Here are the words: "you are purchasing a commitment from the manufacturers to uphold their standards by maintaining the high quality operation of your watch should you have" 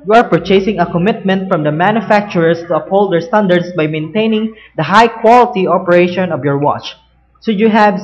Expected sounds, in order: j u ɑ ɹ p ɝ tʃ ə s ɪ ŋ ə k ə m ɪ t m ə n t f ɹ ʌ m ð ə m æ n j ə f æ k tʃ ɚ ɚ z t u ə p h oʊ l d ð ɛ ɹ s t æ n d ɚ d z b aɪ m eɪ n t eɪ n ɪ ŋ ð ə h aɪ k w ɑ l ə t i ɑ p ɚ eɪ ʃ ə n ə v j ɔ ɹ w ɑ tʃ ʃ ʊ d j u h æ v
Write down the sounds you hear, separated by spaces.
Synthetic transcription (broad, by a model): j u ɑ ɹ p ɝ tʃ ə s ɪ ŋ ə k ə m ɪ t m ə n t f ɹ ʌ m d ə m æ n j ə f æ k tʃ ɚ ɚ s t u ə p h oʊ l d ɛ ɹ s t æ n d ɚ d s b aɪ m eɪ n t eɪ n ɪ ŋ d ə h aɪ k w ɑ l ə t i ɑ p ɚ eɪ ʃ ə n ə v j ɔ ɹ w ɑ tʃ s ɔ j u h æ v